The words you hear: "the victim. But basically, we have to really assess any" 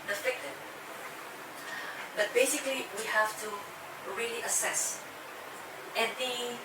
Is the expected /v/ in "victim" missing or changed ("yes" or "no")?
yes